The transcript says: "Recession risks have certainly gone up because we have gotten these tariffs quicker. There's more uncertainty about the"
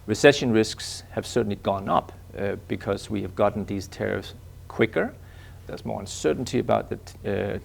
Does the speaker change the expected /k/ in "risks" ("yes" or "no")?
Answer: no